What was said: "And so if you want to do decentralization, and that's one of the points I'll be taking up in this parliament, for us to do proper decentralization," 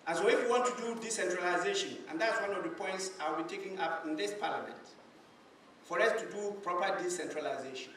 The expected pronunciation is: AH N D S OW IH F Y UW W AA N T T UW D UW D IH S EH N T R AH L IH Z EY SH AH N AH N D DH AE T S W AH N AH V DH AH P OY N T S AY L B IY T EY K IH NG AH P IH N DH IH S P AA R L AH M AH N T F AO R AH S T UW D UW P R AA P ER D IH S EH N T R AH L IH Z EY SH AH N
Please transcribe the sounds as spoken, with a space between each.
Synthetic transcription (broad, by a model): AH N S OW IH F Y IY W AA N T T UW D UW D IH S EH N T R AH L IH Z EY SH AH N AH N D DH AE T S W AH N AH V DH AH P OY N T S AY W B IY T EY K IH NG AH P IH N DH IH S P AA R L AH M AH N T F AO R AH S T UW D UW P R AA P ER D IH S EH N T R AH L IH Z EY SH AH N